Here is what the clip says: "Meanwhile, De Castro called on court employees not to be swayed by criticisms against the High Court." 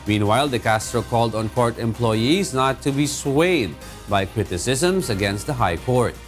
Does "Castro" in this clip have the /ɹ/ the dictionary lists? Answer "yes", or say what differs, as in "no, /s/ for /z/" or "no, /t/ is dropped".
yes